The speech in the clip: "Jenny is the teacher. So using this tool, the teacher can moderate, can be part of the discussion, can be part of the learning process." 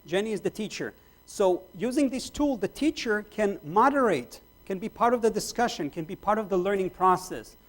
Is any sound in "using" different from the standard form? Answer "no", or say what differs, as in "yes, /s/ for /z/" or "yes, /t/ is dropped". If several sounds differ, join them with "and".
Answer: no